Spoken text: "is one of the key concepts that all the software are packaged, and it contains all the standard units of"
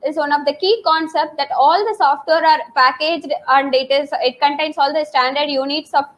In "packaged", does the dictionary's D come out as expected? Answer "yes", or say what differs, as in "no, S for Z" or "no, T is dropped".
yes